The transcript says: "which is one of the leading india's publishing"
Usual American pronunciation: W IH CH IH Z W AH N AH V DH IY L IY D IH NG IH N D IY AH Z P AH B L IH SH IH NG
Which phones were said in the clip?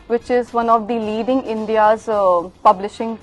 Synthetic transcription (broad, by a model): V IH CH IH Z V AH N AH V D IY L IY D IH NG IH N D IY AH Z P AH B L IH SH IH NG